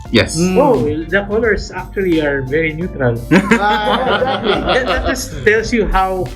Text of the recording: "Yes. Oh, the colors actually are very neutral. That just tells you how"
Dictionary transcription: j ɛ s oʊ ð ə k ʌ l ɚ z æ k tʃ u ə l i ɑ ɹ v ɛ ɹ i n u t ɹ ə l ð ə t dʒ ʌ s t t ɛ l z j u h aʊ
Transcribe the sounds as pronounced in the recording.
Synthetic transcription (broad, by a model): j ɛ s oʊ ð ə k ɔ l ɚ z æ k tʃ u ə l i ɑ ɹ v ɛ ɹ i n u t ɹ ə l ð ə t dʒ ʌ s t t ɛ l s j u h aʊ